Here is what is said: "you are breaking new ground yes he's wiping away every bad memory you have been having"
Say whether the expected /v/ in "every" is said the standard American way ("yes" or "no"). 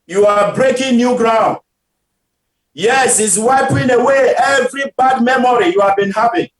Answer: yes